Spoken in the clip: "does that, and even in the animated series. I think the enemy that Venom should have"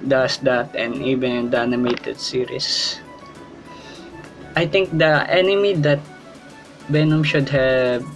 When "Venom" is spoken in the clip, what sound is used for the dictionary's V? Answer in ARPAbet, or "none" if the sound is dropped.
B